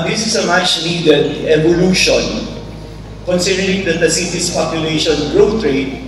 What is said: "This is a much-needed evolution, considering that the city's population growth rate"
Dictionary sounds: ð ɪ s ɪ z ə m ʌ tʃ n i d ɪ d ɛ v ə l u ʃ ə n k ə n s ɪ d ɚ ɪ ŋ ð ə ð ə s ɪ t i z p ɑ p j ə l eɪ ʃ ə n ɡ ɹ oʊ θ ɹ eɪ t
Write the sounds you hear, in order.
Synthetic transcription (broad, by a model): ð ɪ s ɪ s ə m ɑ s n i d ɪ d ɛ v ə l u ʃ ə n k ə n s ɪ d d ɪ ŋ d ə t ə s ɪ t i s p ɑ p j ə l eɪ ʃ ə n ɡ ɹ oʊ t ɹ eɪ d